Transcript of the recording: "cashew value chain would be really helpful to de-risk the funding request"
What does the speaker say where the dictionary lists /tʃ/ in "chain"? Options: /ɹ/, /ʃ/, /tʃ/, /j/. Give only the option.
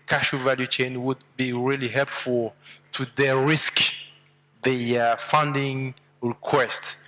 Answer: /tʃ/